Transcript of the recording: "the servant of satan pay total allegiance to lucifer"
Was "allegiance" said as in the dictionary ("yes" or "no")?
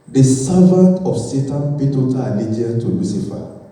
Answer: no